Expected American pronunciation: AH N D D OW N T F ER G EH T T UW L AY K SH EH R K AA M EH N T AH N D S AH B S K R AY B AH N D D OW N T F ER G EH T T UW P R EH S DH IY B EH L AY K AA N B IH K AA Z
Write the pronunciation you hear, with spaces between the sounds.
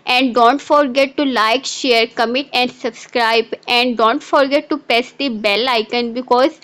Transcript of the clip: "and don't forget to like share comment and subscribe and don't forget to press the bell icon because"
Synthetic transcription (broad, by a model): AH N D D OW N T F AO G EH T T UW L AY K SH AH R K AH M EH T AH N D S AH B S K R AY B AH N D D OW N T F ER G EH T T UW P EH S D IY B EH L AY K AA N B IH K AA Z